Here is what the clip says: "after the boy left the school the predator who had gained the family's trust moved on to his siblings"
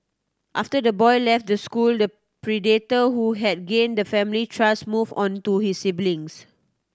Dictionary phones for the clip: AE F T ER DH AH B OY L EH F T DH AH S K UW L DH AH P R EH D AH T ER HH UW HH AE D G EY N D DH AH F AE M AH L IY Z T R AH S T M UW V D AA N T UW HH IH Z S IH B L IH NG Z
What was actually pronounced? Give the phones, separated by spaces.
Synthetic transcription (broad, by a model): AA F T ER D AH B OY L EH F T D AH S K UW L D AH P R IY D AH T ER HH UW HH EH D G EY N D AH F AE M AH L IY T R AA S M UW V AA N T UW HH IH S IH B L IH NG S